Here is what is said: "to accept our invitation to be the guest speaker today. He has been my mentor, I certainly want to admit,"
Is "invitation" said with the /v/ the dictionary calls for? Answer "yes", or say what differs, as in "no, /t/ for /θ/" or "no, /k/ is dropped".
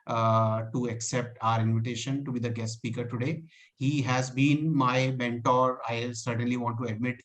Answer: yes